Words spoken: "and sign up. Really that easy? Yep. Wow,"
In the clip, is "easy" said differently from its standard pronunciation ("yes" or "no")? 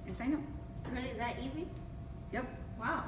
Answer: no